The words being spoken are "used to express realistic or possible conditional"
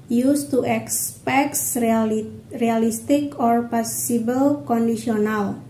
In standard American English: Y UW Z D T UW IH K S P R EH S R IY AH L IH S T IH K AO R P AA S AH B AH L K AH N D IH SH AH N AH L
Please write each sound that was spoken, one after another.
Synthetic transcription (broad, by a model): Y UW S T UW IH K S P EH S R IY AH L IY S T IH K AO R P AA S AH B AH L K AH N D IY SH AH N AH L